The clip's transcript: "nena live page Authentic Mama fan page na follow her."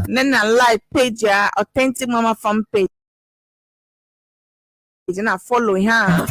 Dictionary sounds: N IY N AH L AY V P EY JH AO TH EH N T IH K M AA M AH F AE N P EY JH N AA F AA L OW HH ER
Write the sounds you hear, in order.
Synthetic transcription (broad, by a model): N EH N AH L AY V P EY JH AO T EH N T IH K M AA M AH F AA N P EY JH N AA F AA L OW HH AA